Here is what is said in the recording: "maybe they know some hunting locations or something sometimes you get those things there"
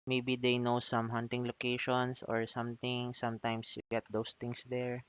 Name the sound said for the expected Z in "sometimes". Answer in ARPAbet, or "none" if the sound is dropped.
S